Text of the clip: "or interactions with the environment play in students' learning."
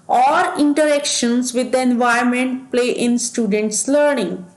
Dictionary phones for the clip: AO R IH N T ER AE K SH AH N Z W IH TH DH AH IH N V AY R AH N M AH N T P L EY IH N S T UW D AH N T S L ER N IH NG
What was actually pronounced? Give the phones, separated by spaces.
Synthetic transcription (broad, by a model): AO R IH N T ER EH K SH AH N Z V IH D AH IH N V AY AH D M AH N T P L EY IH N S T UW D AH N T S L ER N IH NG